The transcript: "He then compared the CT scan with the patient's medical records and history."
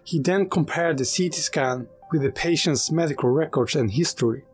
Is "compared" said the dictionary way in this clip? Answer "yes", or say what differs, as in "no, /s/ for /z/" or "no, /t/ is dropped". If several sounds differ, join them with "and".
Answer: yes